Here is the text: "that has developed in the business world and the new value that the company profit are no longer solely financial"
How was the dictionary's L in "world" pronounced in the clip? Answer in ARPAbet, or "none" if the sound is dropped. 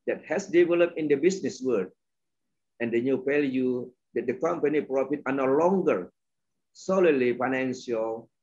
none